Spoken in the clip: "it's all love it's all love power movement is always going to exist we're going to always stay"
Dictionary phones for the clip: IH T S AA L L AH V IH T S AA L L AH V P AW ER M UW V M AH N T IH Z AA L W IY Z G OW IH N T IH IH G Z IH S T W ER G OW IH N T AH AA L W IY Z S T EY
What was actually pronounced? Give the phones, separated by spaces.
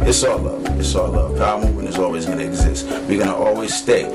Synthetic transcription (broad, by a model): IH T S AA L L AH V IH T S AA L L AH V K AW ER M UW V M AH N IH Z AA L W IY Z G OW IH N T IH IH G Z IH S T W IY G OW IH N T AA L W IY Z S T EY